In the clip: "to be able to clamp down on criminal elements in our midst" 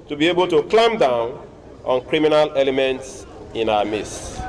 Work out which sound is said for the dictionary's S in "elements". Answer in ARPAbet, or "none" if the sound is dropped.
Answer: S